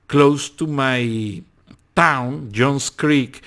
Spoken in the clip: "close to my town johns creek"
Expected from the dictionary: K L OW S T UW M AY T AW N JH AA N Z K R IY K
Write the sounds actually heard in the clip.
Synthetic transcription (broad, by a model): K L OW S T UW M AY T AW N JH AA N S K R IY K